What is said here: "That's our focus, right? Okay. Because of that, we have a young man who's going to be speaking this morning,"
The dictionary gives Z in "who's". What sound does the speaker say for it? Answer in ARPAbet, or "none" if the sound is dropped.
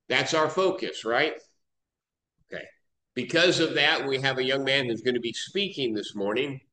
Z